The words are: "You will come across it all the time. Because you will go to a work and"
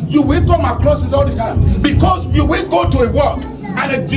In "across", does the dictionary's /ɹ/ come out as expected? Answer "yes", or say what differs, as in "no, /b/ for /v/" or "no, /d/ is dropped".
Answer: no, /l/ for /ɹ/